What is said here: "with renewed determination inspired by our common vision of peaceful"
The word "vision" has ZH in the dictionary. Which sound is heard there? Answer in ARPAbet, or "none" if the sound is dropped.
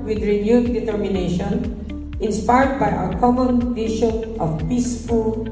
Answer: SH